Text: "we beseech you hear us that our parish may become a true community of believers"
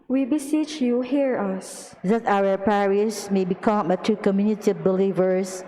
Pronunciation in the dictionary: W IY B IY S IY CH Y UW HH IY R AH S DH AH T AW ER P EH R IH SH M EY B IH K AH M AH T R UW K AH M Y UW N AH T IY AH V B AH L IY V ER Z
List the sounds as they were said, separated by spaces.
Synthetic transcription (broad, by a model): W IY B IY S IY CH Y UW HH IY R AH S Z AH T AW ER P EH R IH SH M EY B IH K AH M AH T UW K AH M Y UW N AH T IY B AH L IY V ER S